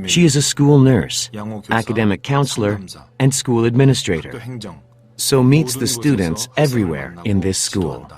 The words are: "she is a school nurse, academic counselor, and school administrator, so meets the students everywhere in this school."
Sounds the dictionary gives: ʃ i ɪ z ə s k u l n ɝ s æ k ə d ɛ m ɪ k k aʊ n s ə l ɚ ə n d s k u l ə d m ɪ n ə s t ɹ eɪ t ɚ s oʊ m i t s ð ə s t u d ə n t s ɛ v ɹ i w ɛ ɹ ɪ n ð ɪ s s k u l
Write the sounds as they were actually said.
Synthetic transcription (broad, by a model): ʃ i ɪ z ə s k u l n ɝ s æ k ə d ɛ m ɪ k k aʊ n s l ɚ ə n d s k u l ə d m ɪ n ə s t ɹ eɪ t ɚ s oʊ m i t s ð ə s t u d n t s ɛ v ɹ i w ɛ ɹ ɪ n ð ɪ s s k u l